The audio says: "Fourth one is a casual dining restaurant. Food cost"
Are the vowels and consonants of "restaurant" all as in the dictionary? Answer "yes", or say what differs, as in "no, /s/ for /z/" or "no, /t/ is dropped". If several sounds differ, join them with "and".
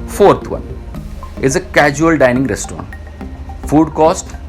no, /n/ is dropped